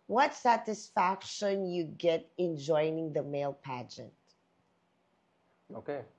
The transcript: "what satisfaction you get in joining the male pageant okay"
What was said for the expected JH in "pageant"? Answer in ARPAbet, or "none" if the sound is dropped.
JH